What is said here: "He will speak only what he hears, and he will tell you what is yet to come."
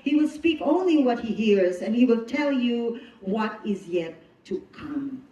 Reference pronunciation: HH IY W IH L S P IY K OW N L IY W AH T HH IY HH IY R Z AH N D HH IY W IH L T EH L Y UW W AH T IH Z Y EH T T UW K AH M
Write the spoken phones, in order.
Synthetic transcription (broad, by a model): HH IY W IH L S P IY K OW N L IY W AH T HH IY HH IY R Z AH N HH IY W IH L T EH L Y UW W AH T IH Z Y EH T T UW K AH M